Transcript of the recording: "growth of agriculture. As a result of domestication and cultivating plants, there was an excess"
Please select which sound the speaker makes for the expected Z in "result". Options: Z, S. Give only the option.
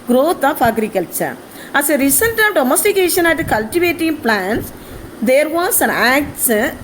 S